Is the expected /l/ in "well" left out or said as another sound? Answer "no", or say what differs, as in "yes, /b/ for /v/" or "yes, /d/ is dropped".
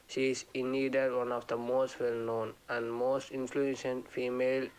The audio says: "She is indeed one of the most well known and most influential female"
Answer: no